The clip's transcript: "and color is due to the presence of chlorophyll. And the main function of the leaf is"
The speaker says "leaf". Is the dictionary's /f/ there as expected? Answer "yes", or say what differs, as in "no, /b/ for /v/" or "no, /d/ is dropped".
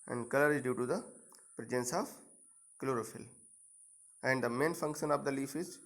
yes